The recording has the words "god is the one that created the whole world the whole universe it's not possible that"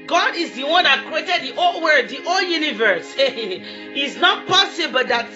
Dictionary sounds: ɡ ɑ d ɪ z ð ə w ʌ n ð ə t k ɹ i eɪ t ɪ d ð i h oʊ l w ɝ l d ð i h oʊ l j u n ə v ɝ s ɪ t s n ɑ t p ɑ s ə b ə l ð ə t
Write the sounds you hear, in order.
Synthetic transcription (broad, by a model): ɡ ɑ d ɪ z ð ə w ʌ n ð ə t k ɹ i eɪ t ɪ d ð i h oʊ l w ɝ d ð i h oʊ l j u n ə v ɝ s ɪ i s n ɑ t p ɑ s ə b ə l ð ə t